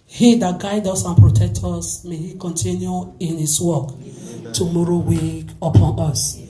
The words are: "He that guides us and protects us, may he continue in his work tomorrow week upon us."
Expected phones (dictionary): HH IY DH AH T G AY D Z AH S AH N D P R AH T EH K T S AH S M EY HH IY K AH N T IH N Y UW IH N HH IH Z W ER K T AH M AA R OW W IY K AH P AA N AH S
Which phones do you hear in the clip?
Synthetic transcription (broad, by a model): HH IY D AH T G AY D AO S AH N P R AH T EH K T AO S M EY HH IY K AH N T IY N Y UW IH N HH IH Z W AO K T AH M AA R OW W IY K AH P AA N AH S